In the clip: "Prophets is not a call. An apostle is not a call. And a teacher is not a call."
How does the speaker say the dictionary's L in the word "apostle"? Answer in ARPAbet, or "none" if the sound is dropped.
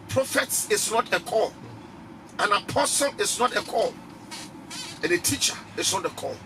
L